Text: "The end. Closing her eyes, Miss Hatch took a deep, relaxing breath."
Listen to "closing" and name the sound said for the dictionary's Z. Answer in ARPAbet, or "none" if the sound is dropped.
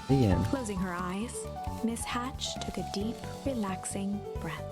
Z